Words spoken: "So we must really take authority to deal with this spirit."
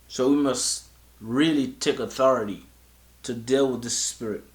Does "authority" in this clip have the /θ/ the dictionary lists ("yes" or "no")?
yes